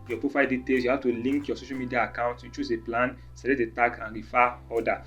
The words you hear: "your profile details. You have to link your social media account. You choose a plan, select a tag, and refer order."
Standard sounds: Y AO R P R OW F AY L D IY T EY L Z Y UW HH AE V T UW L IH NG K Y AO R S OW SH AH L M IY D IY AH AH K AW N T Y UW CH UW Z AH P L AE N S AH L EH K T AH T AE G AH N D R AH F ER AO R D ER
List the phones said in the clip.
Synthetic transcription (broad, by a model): Y AO P R OW F AY L D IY T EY L S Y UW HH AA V T UW L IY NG K Y AO S OW SH AH L M IY D IY AH AH K AW N T Y UW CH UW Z AH P L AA N S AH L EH T AH T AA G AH N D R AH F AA AO D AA